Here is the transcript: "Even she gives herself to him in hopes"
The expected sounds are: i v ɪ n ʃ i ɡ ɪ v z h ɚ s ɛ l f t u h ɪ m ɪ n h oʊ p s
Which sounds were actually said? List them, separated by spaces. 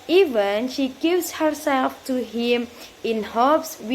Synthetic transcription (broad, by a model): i v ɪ n ʃ i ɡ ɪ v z h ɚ s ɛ l f t u h ɪ m ɪ n h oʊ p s